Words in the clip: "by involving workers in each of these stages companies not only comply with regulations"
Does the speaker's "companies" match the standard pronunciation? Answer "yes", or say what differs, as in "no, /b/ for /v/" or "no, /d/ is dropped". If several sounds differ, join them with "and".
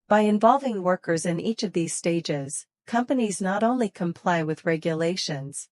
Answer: yes